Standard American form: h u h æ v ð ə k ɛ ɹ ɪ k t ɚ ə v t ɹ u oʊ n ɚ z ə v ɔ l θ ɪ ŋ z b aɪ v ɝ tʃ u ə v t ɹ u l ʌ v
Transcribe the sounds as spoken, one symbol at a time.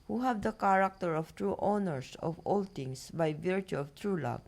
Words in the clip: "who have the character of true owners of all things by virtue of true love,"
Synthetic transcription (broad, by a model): h u h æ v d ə k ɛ ɹ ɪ k t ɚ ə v t ɹ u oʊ n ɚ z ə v ɔ l t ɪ ŋ s b aɪ v ɝ tʃ u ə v t ɹ u l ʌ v